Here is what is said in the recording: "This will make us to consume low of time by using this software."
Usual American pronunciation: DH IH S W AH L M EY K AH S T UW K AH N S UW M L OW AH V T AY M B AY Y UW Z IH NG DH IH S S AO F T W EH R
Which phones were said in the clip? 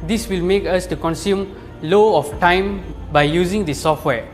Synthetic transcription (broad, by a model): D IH S W AH L M EY K AH S T UW K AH N S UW M L OW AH F T AY M B AY Y UW Z IH NG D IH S S AO F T W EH